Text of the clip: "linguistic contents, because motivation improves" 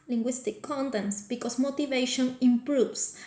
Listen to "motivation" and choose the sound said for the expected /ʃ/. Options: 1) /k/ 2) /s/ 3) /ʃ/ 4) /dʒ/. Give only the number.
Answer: 3